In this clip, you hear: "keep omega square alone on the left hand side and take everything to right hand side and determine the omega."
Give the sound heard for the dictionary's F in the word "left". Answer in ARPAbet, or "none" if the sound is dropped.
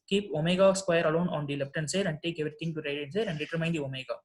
P